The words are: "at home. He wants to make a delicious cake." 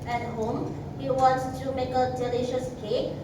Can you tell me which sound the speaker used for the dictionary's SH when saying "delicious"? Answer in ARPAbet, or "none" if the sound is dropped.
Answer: SH